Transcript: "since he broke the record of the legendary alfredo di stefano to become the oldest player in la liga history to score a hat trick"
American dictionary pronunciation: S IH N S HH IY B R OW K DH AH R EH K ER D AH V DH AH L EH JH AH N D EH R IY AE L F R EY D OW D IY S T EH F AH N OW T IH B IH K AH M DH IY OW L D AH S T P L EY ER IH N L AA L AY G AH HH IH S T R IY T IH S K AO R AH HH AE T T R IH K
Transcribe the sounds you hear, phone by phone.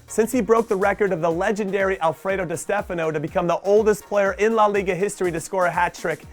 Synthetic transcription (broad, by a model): S IH N S HH IY B R OW K DH AH R EH K ER D AH V DH AH L EH JH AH N D EH R IY AE L F R EY D OW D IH S T EH F AH N OW T IH B IH K AH M DH IY OW L D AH S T P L EY ER IH N L AA L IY G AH HH IH S T R IY T IH S K AO R AH HH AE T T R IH K